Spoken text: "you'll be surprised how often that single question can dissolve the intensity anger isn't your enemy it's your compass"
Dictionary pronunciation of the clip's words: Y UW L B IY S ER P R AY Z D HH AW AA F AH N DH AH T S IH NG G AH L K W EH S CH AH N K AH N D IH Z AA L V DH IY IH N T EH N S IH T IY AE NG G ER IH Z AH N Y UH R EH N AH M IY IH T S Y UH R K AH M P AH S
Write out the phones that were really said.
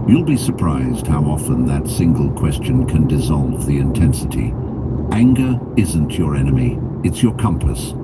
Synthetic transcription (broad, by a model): Y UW L B IY S ER P R AY Z D HH AW AA F AH N DH AH T S IH NG G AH L K W EH S CH AH N K AH N D IH Z AA L V DH IY IH N T EH N S IH T IY AE NG G ER IH Z AH N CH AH R EH N AH M IY IH T S Y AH R K AH M P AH S